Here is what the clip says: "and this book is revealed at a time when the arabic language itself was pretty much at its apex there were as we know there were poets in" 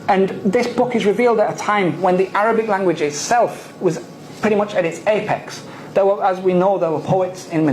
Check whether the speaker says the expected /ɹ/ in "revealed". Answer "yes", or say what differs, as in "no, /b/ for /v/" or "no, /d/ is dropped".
yes